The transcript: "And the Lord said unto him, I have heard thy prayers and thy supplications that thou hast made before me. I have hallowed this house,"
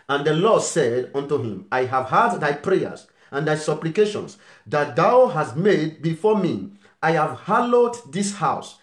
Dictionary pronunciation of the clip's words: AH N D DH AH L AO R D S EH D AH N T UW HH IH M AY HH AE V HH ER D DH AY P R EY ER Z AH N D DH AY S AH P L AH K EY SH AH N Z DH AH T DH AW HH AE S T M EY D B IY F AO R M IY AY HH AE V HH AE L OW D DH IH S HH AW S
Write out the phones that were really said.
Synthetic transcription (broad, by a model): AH N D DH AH L AO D S EH D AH N T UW HH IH M AY HH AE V HH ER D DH AY P R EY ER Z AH N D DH AY S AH P L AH K EY SH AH N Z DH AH T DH AW HH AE S T M EY D B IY F AO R M IY AY HH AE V HH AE L OW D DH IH S HH AW S